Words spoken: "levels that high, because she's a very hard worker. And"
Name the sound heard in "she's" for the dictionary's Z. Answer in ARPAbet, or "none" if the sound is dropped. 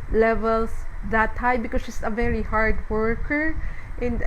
S